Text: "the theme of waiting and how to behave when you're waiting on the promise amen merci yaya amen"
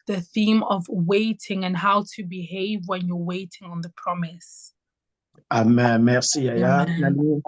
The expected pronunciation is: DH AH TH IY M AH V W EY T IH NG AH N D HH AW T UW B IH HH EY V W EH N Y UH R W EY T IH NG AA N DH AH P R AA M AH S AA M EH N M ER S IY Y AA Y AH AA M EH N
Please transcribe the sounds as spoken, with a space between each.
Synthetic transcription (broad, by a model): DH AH TH IY M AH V W EY T IH NG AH N HH AW T UW B IH HH EY V W EH N Y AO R W EY T IH NG AA N DH AH P R AA M AH S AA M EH M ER S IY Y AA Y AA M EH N